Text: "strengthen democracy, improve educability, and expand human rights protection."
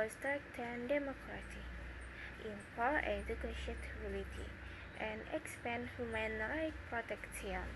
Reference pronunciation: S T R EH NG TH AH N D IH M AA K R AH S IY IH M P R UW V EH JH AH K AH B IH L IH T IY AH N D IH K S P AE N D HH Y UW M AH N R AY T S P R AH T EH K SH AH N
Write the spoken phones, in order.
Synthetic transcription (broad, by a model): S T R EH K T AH N D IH M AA K R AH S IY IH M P AA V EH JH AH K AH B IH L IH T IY AH N D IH K S P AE N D HH Y UW M AH N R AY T P R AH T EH K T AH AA